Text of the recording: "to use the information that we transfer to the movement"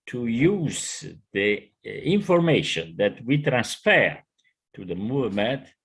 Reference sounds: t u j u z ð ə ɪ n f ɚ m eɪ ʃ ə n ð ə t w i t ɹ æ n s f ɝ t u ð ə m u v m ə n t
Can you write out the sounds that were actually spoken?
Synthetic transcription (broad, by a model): t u j u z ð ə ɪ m f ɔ m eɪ ʃ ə n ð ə t w i t ɹ æ n s f ɝ t u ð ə m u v m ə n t